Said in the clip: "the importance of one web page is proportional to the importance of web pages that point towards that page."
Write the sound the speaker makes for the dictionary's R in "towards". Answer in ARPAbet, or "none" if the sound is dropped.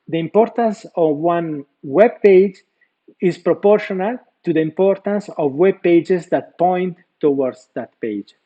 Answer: W